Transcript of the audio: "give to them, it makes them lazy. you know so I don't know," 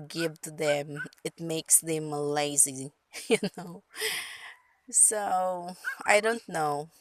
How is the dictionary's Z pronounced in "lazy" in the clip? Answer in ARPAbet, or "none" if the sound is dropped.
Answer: Z